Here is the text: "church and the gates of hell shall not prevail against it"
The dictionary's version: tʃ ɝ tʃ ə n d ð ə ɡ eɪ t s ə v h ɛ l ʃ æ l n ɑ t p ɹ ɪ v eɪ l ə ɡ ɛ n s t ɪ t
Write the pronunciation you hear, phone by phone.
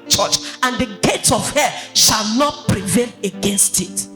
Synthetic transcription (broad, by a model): tʃ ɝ tʃ ə n d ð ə ɡ eɪ t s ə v h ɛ ʃ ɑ l n ɑ t p ɹ ɪ v eɪ l ə ɡ ɛ n s t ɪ t